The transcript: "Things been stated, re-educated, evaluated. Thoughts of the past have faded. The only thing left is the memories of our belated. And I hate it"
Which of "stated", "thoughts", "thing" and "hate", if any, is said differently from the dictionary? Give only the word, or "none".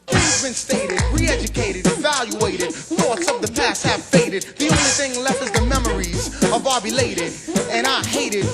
none